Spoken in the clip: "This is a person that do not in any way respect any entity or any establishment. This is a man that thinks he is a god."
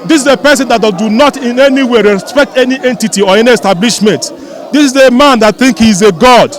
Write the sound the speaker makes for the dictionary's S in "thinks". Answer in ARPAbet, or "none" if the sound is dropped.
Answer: none